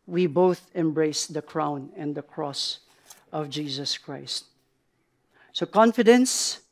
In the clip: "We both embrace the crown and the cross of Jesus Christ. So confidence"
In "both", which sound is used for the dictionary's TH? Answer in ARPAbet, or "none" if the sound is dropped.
TH